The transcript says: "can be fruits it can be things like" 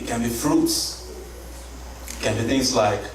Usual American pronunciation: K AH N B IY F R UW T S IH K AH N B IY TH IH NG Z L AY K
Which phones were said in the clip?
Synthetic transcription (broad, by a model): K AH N B IY F R UW T S K AH N B IY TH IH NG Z L AY K